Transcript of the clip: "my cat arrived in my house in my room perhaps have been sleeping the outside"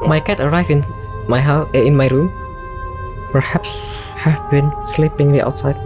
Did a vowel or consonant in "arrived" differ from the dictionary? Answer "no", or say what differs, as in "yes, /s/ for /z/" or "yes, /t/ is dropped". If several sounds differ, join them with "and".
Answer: yes, /d/ is dropped